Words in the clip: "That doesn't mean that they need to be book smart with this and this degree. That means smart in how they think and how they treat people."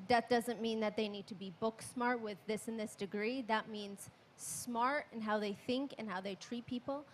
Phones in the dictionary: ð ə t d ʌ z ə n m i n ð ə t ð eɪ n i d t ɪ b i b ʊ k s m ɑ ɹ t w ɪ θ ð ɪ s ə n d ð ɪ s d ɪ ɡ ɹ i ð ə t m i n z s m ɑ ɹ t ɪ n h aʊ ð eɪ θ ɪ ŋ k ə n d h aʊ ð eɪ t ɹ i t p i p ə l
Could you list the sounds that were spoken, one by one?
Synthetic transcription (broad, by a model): ð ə t d ʌ z ə n m i n ð ə t ð eɪ n i d t ɪ b i b ʊ k s m ɑ ɹ t w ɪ ð ɪ s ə n ð ɪ s d ɪ ɡ ɹ i ð ə t m i n z s m ɑ ɹ t ɪ n h aʊ ð eɪ θ ɪ ŋ k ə n h aʊ ð eɪ t ɹ i t p i p l